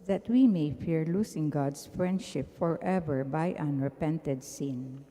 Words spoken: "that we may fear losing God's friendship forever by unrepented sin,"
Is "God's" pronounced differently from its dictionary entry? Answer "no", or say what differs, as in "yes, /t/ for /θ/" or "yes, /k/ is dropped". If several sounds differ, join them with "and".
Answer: yes, /s/ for /z/